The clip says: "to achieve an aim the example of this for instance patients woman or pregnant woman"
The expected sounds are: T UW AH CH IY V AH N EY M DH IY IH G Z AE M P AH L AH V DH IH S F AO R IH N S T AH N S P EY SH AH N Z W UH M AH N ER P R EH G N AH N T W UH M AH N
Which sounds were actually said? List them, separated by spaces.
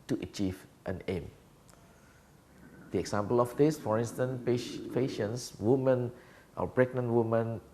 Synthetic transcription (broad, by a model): T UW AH CH IY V AH N EY M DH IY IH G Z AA M P AH L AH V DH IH S F AO R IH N S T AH N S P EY SH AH N S W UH M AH N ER B R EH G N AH N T W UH M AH N